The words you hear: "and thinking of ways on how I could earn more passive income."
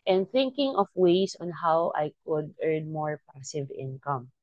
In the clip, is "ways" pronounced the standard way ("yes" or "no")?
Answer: no